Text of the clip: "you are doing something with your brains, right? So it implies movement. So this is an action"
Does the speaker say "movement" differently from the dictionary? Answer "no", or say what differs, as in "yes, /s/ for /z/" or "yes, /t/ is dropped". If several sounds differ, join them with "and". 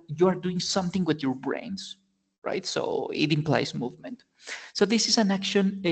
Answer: no